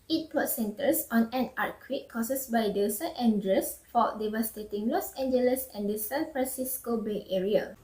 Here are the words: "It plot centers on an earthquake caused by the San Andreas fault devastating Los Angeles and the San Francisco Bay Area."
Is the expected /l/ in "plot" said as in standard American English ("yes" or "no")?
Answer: no